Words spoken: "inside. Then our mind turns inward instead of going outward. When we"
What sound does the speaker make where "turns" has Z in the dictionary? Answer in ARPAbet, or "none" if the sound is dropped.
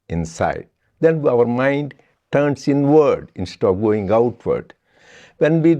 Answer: S